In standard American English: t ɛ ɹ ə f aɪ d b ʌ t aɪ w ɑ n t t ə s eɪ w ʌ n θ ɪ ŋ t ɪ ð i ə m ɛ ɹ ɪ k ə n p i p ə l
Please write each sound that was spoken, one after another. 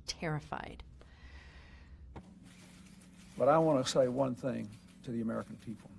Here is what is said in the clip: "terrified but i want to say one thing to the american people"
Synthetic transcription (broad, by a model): t ɛ ɹ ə f aɪ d b ʌ t aɪ w ɑ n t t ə s eɪ w ʌ n θ ɪ ŋ t ɪ ð i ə m ɛ ɹ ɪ k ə n p i p l